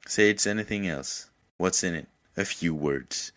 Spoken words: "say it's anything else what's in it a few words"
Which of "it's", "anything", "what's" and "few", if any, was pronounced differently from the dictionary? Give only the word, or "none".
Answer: none